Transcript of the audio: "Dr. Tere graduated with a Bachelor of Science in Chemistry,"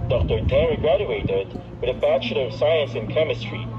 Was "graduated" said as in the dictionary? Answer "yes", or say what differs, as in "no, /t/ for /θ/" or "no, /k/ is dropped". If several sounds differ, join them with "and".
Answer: yes